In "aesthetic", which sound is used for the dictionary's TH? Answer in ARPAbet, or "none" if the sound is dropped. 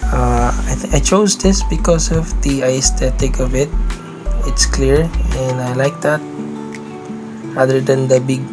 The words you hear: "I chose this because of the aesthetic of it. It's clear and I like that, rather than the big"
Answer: T